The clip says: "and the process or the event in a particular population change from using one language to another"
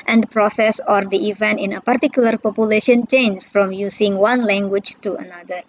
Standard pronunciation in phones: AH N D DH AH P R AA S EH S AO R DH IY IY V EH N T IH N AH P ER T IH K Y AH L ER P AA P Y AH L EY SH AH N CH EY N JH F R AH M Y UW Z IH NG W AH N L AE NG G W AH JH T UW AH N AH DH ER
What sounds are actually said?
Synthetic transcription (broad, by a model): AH N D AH P R AA S EH S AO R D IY IY V EH N T IH N AH P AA T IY K Y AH L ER P AA P Y AH L EY SH AH N CH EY N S F R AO M Y UW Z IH NG W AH N L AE NG G W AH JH T UW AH N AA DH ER